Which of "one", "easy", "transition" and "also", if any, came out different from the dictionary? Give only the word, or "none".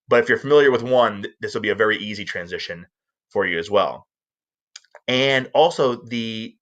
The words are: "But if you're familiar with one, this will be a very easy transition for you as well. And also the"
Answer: none